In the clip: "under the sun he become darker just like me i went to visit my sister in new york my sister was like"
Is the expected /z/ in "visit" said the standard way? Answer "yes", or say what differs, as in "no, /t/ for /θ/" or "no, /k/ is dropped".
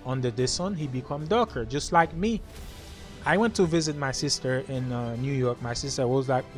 yes